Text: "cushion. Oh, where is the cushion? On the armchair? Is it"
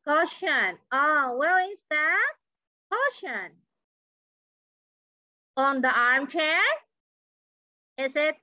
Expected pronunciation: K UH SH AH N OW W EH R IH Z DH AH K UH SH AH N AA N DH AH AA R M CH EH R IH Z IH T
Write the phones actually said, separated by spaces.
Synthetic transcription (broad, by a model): K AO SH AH N OW W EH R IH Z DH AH K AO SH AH N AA N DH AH AA R M CH EH R IH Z IH T